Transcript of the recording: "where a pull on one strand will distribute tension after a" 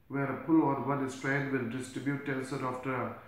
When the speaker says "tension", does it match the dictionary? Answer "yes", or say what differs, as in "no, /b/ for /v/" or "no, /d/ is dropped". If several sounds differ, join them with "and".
no, /s/ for /ʃ/